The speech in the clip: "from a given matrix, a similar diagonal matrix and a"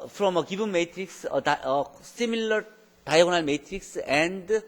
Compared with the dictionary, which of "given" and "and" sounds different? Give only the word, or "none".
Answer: given